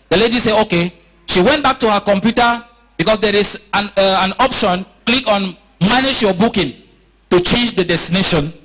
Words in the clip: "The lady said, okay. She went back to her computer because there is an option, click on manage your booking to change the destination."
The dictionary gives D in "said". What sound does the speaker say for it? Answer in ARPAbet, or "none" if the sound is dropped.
none